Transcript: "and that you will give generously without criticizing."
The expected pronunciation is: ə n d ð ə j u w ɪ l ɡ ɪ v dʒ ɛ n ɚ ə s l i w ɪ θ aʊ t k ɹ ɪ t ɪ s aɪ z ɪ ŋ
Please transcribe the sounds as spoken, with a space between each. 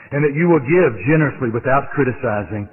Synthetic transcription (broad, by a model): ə n ð ə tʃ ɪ w ɪ l ɡ ɪ v dʒ ɛ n ɚ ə s l i w ɪ θ aʊ t k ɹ ɪ t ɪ s aɪ z ɪ ŋ